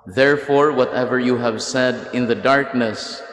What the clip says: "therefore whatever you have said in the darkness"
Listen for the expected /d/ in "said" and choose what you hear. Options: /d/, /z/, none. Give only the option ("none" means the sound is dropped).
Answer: /d/